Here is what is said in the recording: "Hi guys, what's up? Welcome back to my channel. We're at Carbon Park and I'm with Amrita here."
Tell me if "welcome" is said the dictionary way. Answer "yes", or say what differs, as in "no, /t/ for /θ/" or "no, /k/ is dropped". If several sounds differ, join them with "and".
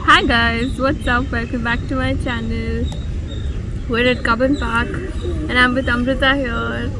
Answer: no, /l/ is dropped